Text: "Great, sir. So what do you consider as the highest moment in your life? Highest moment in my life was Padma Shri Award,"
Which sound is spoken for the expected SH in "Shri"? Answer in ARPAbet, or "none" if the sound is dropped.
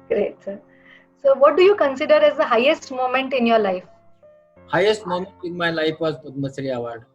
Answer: S